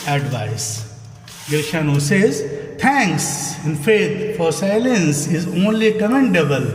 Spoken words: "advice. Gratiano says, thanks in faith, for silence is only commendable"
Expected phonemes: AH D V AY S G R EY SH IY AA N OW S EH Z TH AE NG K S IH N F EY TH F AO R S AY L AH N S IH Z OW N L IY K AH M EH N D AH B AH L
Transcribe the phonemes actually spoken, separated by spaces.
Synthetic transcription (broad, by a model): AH D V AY S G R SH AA N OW S EH Z T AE NG K S IH N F EY T F AO R S AY L AH N S IH Z OW N L IY K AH M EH N D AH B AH L